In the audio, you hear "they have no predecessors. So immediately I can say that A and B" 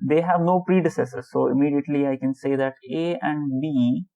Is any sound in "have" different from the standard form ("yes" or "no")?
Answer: no